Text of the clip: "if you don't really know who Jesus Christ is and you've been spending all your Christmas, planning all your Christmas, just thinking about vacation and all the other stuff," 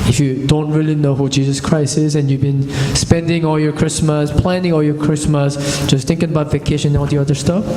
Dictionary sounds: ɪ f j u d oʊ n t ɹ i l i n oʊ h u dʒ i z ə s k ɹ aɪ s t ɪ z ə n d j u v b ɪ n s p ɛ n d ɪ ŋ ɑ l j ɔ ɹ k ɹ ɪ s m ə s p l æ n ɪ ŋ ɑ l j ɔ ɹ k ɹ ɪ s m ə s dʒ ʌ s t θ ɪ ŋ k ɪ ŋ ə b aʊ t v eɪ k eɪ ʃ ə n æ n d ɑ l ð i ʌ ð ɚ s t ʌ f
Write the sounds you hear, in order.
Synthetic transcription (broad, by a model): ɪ f j u d oʊ n t ɹ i l i n oʊ h u dʒ i z ə s k ɹ aɪ s t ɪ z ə n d j u v b ɪ n s p ɛ n d ɪ ŋ ɑ l j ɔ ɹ k ɹ ɪ s m ə s p l æ n ɪ ŋ ɑ l j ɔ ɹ k ɹ ɪ s m ə s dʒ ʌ s t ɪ ŋ k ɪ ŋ ə b aʊ t v eɪ k eɪ ʃ ə n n ɑ l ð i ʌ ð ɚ s t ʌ f